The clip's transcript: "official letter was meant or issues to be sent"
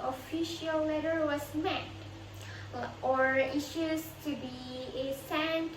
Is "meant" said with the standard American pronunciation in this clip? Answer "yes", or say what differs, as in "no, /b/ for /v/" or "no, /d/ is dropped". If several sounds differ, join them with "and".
no, /n/ is dropped